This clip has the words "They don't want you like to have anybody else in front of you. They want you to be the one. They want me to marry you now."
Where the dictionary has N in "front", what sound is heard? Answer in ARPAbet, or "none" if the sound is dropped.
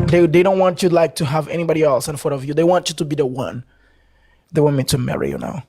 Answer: none